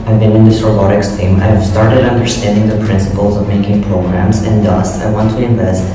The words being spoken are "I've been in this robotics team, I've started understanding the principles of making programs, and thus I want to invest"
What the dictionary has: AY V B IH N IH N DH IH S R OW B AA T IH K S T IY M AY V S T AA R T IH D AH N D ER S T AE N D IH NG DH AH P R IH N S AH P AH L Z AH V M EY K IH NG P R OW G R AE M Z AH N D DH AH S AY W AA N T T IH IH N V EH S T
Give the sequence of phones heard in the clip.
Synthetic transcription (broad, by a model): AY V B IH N IH N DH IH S R OW B AA T IH K S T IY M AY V S T AA R T IH D AH N D ER S T AE N D IH NG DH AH P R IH N S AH P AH L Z AH V M EY K IH NG P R OW G R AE M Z AH N D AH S AY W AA N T T IH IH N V EH S T